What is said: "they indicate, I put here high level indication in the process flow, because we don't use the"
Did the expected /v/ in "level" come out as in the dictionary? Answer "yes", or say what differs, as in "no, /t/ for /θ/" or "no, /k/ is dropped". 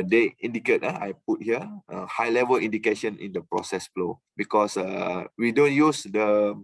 yes